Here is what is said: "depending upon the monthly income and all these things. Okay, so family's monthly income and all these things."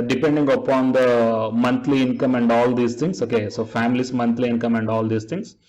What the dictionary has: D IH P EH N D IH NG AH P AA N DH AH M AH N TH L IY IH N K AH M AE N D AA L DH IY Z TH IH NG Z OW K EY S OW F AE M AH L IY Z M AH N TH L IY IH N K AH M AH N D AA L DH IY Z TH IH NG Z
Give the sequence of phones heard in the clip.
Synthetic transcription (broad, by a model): D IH P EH N D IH NG AH P AA N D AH M AH N T L IY IH N K AH M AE N D AA L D IY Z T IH NG S OW K EY S OW F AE M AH L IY S M AH N T L IY IH N K AH M AH N D AA L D IY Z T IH NG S